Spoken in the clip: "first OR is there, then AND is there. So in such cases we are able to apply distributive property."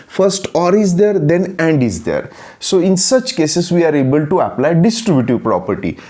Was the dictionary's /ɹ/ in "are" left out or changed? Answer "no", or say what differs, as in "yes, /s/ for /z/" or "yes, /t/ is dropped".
no